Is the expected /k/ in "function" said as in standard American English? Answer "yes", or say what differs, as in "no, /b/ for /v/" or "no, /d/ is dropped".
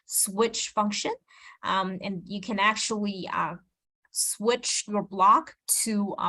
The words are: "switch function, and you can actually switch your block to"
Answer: yes